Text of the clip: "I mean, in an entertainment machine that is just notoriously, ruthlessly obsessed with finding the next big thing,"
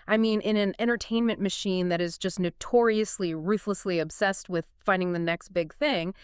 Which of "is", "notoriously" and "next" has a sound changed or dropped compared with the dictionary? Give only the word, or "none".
none